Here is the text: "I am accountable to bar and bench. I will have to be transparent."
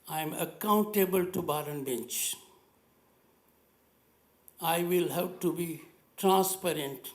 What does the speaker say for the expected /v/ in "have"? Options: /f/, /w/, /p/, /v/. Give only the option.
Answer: /p/